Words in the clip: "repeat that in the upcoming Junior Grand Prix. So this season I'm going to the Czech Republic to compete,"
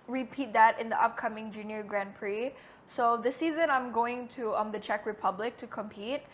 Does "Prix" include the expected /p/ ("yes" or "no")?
yes